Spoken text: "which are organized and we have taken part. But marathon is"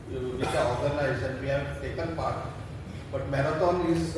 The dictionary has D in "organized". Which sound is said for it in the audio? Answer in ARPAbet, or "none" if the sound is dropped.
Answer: none